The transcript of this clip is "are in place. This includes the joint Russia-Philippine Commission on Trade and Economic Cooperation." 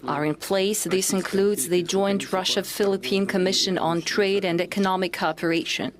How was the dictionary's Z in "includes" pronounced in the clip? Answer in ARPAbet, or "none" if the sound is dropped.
Z